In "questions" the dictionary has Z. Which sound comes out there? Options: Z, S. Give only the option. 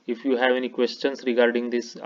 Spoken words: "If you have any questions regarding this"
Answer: S